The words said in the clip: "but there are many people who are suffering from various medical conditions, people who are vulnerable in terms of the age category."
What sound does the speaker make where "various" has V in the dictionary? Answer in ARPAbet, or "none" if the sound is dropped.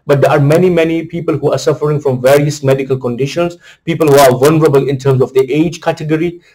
V